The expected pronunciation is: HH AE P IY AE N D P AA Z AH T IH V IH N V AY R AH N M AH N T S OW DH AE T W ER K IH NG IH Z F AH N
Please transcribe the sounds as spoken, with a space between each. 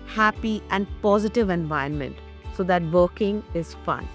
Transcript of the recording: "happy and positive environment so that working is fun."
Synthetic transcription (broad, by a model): HH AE P IY AE N D P AA Z AH T IH V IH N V AY AH N M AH N T S OW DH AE T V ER K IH NG IH Z F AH N